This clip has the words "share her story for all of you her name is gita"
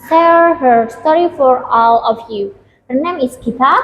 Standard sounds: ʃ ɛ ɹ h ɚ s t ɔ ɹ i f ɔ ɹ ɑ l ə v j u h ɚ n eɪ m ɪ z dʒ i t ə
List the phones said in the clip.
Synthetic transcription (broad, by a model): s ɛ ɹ h ɚ s t ɔ ɹ i f ɔ ɹ ɑ l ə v j u h ɚ n eɪ m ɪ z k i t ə